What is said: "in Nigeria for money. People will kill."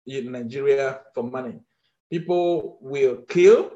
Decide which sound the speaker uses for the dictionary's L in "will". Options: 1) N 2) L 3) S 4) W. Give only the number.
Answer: 2